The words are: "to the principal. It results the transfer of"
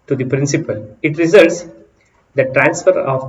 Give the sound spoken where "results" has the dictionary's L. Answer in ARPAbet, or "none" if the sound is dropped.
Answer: L